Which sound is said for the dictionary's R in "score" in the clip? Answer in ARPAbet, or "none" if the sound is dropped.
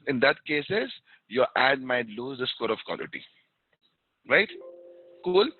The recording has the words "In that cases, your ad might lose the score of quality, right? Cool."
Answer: R